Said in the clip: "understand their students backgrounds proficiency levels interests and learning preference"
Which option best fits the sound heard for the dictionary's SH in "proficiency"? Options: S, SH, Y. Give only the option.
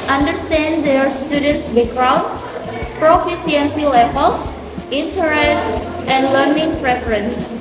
S